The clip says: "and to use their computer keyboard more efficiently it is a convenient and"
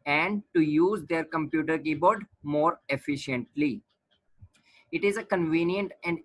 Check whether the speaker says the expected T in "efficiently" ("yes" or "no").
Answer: yes